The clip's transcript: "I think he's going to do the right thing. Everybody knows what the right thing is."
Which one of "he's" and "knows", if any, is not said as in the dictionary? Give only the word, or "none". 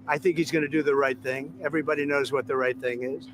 none